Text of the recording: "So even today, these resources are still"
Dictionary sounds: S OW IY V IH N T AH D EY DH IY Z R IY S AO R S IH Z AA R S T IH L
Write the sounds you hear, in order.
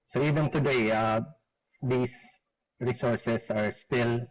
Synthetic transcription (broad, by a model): S OW IY V IH N T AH D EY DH IY S R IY S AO R S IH S AA R S T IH L